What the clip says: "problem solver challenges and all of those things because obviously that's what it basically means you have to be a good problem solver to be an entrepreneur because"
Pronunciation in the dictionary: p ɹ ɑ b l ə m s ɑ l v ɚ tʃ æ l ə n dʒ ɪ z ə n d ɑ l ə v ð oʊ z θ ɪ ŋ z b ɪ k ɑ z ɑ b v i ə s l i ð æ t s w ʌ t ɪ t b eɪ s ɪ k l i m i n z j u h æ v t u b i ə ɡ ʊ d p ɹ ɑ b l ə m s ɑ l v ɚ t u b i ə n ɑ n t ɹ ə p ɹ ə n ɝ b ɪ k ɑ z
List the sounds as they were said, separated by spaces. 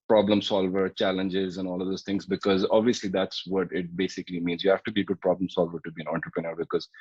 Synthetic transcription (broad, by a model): p ɹ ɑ b l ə m s ɑ l v ɚ tʃ æ l ə n dʒ ɪ z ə n ɑ l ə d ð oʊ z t ɪ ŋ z b ɪ k ɑ z ɑ b v i ə s l i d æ t s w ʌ t ɪ t b eɪ s ɪ k l i m i n z j u h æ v t u b i ə ɡ ʊ d p ɹ ɑ b l ə m s ɑ l v ɚ t u b i ə n ɑ n t ɹ ə p ɹ ə n ɝ b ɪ k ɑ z